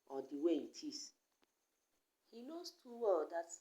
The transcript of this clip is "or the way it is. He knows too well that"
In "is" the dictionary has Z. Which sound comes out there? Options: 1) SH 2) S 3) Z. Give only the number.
2